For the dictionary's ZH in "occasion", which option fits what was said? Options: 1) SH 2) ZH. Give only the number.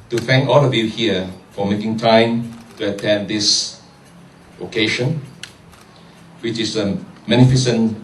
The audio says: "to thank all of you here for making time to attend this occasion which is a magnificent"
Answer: 1